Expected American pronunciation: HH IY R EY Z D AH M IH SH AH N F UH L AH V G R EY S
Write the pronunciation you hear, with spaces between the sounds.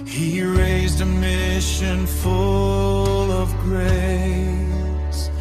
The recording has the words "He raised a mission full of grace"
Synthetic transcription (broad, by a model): HH IY R EY Z D AH M IH SH AH N F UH L AH V G R EY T